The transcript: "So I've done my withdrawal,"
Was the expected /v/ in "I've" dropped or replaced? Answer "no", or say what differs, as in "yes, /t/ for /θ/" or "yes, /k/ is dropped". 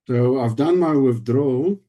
no